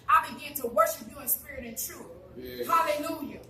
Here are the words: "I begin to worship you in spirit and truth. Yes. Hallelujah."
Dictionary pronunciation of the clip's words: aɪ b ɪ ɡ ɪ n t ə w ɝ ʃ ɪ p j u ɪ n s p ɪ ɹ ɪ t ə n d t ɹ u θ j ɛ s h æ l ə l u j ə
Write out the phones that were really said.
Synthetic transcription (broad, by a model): aɪ b ɪ ɡ ɪ n t ə w ɝ ʃ ɪ p j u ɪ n s p ɪ ɹ ɪ t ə n t ɹ u θ h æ l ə l u j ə